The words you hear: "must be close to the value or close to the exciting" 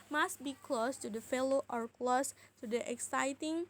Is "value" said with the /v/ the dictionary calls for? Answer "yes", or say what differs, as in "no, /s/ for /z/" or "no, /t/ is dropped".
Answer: no, /f/ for /v/